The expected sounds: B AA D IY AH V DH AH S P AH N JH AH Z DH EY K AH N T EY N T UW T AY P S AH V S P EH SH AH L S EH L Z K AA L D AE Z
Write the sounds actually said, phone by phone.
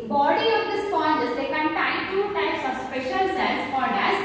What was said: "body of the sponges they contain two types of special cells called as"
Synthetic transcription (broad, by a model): B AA D IY AH V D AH S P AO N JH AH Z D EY K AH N T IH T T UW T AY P S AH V S P EH SH AH L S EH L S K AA D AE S